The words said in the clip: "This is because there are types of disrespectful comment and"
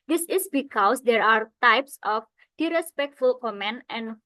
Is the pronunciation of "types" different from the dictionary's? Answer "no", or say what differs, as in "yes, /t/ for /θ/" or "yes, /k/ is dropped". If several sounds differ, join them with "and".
no